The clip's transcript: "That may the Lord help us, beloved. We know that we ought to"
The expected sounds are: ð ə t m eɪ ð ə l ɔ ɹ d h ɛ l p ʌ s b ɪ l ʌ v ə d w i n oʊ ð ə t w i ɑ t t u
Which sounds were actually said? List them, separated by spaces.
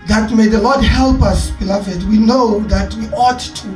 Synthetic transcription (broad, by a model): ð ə t m eɪ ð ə l ɔ d h ɛ l p ʌ s b ɪ l ʌ v ə d w i n oʊ ð ə t w i ɑ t t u